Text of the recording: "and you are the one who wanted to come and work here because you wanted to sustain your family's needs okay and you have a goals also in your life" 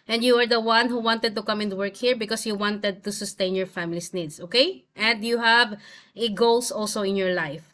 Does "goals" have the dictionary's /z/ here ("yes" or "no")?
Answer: no